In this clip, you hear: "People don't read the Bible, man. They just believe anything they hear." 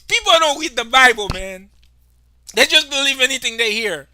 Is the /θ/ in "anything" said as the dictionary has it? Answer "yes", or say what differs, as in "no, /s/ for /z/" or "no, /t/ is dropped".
yes